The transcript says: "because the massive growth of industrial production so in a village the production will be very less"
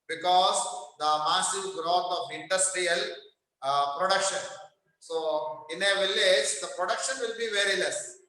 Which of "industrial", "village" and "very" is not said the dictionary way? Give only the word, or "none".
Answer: none